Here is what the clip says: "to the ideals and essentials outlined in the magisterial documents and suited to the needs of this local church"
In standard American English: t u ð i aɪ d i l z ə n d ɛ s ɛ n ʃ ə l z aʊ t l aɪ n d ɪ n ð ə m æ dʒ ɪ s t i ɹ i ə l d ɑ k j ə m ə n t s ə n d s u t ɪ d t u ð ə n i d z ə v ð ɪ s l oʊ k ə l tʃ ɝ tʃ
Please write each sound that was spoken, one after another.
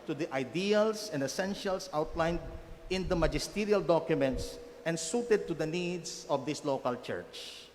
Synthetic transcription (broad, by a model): t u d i aɪ d i l s ə n d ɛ s ɛ n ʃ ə l s aʊ t l aɪ n d ɪ n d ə m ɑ dʒ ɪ s t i ɹ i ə l d ɑ k j ə m ə n t s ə n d s u t ɪ d t u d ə n i d s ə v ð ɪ s l oʊ k ə l tʃ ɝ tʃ